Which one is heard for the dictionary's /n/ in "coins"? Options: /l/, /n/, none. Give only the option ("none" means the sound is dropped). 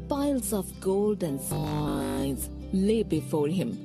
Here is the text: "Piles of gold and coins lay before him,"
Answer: none